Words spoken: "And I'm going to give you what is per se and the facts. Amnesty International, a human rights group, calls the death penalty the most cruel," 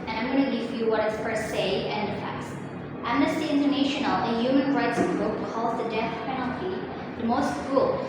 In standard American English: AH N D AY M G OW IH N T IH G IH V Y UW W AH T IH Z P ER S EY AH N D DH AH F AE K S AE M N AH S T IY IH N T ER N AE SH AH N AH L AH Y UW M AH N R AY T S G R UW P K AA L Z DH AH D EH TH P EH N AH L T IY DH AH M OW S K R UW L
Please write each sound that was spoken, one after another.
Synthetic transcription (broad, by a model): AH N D AY M G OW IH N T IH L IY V Y UW W AH T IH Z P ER S EY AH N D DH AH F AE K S AE M N AH S T IY IH N T ER N AE SH AH N AH L AH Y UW M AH N R AY T S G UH K AA L Z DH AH D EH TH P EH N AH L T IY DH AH M OW S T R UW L